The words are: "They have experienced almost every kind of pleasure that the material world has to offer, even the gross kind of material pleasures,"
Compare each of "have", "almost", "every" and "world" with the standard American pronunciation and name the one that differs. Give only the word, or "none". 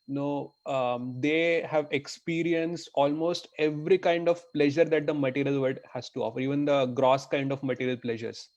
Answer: world